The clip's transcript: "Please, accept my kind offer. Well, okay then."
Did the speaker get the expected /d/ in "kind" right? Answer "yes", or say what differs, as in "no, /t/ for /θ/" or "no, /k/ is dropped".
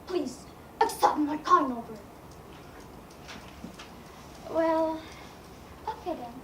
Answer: no, /d/ is dropped